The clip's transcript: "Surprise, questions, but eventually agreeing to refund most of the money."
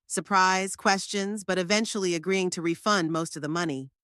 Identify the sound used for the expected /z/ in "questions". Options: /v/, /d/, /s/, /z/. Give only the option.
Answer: /z/